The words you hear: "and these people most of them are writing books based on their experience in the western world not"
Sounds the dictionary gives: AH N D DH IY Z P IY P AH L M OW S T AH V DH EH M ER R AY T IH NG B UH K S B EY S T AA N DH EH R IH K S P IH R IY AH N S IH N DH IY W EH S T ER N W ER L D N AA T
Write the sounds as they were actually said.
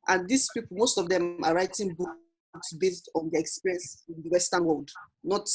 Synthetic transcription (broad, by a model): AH N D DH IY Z P IY P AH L M OW S T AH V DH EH M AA R AY T IH NG B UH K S B EY S T AA N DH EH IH K S P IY R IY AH N S IH N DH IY W EH S T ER N W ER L D N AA T